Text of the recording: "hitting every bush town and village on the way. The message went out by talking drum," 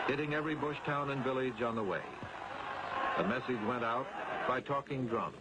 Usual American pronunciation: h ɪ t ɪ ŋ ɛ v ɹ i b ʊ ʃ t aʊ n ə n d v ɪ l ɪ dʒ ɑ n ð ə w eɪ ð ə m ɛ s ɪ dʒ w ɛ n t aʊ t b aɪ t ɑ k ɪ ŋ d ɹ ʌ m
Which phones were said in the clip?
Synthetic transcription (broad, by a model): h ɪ t ɪ ŋ ɛ v ɹ i b ʊ ʃ t aʊ n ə n v ɪ l ɪ dʒ n ð ə w eɪ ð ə m ɛ s ɪ dʒ w ɛ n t aʊ t b aɪ t ɑ k ɪ ŋ d ɹ ʌ m